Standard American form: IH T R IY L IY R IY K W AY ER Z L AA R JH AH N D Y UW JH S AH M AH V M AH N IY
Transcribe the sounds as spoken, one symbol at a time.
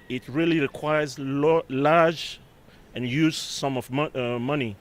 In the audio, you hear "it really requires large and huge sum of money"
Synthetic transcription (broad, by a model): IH T R IY L IY R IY K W AY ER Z L AA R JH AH N Y UW Z S AH M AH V M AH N IY